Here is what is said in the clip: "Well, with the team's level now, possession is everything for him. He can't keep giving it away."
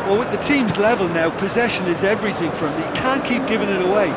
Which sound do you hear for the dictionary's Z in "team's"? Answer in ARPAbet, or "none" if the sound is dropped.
Z